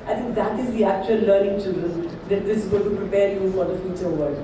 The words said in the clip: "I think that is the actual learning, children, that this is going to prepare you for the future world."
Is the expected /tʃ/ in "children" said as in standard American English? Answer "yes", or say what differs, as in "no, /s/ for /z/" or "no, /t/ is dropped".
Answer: yes